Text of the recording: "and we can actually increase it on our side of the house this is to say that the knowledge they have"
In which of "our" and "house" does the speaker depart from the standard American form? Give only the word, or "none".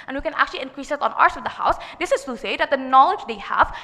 none